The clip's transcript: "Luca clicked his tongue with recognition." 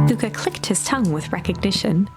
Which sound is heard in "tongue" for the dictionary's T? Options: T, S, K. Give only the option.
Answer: T